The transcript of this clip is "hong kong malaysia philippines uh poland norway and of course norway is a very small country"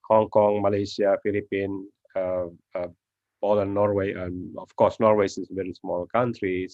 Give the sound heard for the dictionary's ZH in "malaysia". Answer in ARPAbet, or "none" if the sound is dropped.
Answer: S